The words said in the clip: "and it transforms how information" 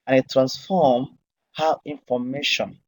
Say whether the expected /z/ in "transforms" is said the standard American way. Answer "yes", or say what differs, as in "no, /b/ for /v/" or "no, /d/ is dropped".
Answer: no, /z/ is dropped